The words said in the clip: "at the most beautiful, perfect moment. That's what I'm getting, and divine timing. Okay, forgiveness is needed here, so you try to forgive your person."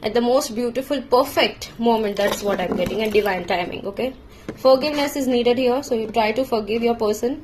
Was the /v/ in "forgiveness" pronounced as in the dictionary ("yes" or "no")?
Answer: yes